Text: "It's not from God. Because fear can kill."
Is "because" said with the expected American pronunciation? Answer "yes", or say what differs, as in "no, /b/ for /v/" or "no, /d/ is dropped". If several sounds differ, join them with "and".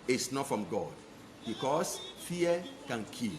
no, /s/ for /z/